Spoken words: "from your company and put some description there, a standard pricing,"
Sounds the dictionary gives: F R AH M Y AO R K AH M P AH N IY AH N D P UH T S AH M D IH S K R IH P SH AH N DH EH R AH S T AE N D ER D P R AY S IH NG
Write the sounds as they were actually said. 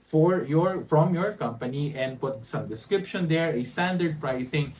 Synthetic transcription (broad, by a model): F R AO M Y AO R K AH M P AH N IY AH N D P UH T S AH M D IH S K R IH P SH AH N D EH R AH S T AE N D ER D P R AY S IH NG